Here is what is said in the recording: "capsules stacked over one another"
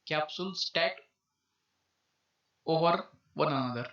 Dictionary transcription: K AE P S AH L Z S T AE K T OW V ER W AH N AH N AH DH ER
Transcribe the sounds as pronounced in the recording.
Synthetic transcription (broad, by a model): K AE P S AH L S T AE T OW V ER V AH N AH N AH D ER